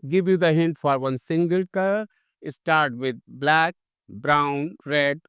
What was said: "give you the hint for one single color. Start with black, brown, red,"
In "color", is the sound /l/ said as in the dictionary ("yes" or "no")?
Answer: no